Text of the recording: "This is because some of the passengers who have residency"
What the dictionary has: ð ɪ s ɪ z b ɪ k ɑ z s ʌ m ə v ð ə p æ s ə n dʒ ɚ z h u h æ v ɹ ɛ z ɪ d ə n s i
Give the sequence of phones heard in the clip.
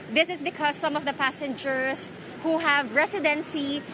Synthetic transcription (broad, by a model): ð ɪ s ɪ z b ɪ k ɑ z s ʌ m ə v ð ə p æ s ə n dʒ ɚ s h u h æ v ɹ ɛ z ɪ d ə n s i